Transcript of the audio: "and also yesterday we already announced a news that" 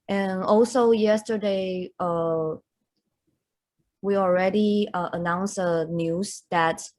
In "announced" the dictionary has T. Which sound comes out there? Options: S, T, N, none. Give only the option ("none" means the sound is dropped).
none